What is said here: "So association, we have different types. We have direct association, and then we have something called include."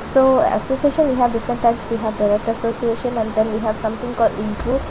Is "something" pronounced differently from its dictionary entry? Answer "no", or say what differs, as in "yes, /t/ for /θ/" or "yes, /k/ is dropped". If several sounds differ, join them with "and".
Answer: yes, /t/ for /θ/